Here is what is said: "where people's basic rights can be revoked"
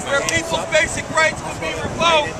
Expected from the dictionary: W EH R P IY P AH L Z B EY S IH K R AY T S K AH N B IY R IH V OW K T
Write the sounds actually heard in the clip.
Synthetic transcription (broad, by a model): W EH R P IY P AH L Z B EY S IH K R AY T S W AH L B IY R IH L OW